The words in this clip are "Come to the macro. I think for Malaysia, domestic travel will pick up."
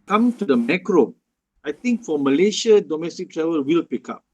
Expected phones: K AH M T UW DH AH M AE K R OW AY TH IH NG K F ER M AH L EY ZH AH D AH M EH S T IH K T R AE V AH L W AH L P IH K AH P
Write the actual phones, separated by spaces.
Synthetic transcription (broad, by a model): K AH M T UW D AH M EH K R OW AY T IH NG K F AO M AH L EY SH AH D AH M EH S T IH K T R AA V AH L W AH L P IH K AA P